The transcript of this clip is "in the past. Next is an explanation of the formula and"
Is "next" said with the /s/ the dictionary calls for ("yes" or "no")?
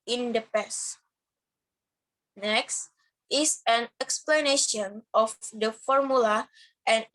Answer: yes